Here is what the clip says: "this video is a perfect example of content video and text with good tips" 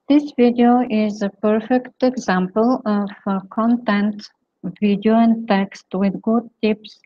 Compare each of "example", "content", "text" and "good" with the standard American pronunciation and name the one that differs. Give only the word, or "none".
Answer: none